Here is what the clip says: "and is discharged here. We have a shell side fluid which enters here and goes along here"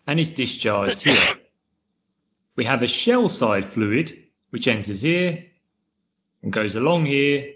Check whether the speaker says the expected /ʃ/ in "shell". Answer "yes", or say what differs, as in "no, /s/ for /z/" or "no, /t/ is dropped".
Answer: yes